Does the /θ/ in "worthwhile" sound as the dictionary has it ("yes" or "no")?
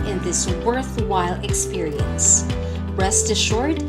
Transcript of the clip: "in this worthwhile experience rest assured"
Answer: yes